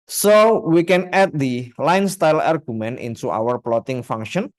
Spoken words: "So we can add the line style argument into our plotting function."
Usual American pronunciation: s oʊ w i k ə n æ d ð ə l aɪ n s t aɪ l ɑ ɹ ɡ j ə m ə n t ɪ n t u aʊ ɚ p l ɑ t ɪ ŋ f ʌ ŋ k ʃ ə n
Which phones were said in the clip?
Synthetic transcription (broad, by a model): s oʊ w i k ə n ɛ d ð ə l aɪ n s t aɪ l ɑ ɹ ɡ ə m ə n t ɪ n t u aʊ ɚ p l ɑ t ɪ ŋ f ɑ ŋ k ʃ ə n